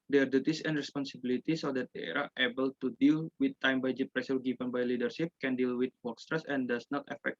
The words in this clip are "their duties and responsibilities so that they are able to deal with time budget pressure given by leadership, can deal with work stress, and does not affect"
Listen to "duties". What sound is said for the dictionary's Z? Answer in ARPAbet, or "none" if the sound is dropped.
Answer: S